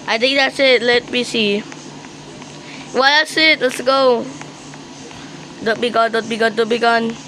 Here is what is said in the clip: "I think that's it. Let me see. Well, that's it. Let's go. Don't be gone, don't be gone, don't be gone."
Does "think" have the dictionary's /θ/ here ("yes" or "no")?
no